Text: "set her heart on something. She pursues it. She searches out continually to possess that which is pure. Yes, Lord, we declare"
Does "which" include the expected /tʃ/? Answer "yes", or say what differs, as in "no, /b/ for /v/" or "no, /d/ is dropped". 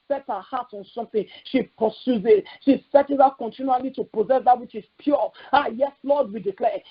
yes